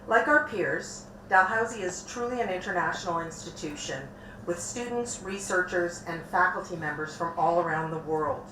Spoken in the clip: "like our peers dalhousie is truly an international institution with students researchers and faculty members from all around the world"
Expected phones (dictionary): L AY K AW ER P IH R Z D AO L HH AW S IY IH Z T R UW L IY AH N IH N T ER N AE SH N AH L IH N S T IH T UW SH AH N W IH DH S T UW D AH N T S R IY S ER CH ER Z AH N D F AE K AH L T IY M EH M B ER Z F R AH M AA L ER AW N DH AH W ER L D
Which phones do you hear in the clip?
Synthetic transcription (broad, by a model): L AY K AW ER P IH R Z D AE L HH AW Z IY IH Z T R UW L IY AH N IH N T ER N AE SH N L IH N S T IH T UW SH AH N W IH DH S T UW D N T S R IY S ER CH ER Z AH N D F AE K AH L T IY M EH M B ER Z F R AH M AA L ER AW N DH AH W ER L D